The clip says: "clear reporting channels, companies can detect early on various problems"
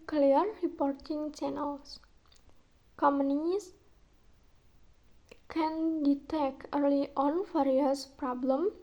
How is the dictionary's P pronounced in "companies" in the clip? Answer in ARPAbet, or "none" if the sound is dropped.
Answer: none